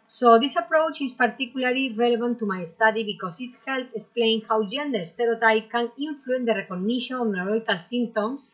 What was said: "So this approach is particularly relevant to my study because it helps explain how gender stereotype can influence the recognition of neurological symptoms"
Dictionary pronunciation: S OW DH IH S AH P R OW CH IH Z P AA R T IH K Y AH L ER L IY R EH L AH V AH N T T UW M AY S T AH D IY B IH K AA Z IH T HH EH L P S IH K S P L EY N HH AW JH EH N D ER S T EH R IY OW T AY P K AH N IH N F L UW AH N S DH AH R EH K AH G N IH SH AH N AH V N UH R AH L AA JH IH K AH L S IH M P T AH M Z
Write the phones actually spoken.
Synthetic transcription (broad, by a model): S OW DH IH S AH P R OW CH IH S P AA R T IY K Y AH L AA L IY R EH L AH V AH N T T UW M AY S T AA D IY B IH K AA S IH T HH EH L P IH K S P L EY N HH AW JH EH N D ER S T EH R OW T AY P K AH N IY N F L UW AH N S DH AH R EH K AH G N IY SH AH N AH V N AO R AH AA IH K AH L S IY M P T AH M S